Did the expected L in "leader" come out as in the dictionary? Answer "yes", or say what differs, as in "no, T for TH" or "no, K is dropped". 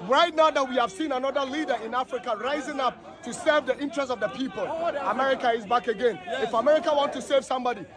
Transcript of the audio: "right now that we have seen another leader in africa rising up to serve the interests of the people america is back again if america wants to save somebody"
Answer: yes